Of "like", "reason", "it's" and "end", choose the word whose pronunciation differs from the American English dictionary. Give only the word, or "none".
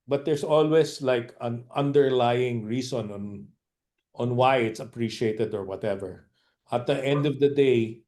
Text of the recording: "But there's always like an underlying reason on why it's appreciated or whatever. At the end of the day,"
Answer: reason